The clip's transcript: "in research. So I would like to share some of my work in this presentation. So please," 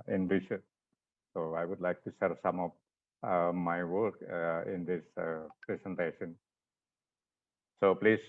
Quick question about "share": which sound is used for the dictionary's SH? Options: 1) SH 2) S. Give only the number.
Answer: 2